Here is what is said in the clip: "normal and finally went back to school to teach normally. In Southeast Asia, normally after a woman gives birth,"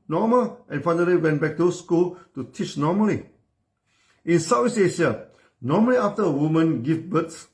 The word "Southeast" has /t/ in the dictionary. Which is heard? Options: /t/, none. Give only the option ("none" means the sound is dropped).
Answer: none